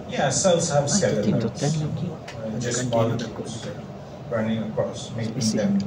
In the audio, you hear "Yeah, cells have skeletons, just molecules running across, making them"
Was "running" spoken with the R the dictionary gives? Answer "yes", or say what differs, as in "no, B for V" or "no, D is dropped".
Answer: yes